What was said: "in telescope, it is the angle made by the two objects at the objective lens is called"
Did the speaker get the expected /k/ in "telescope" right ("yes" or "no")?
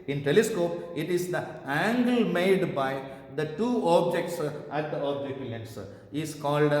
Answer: yes